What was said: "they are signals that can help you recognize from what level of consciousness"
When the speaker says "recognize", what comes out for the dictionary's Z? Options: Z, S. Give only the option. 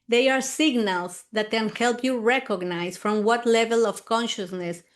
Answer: S